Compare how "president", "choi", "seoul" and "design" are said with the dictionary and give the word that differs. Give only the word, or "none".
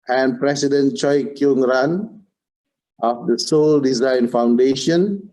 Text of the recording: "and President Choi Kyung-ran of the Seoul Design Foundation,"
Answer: president